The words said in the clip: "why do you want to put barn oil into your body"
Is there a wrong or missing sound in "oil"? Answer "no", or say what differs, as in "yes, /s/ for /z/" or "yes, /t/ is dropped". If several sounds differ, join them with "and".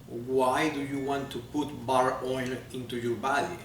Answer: yes, /n/ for /l/